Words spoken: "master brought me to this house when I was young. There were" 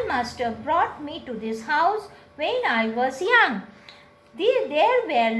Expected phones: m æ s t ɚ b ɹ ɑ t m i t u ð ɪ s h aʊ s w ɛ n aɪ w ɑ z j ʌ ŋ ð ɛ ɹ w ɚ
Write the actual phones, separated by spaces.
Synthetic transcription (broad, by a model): m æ s t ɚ b ɹ ɑ t m i t u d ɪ s h aʊ s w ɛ n aɪ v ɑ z j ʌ ŋ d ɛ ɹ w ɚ